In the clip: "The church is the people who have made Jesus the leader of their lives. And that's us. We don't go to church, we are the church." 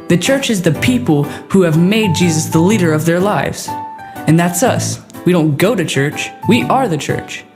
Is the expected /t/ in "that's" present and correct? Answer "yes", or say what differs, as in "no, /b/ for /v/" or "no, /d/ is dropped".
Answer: yes